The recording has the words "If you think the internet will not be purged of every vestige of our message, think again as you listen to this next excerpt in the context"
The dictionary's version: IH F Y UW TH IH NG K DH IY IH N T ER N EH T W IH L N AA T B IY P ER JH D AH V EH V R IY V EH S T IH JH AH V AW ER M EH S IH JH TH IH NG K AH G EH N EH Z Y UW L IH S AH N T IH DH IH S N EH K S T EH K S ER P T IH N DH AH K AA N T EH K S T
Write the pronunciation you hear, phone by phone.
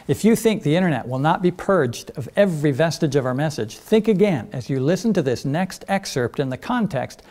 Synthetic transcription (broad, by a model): IH F Y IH TH IH NG K DH IY IH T ER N EH T W IH L N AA T B IY P ER JH D AH V EH V R IY V EH S T IH JH AH V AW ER M EH S IH JH TH IH NG K AH G EH N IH Z Y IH L IH S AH N T IH DH IH S N EH K S T EH K S ER P T IH N DH AH K AA N T EH K S T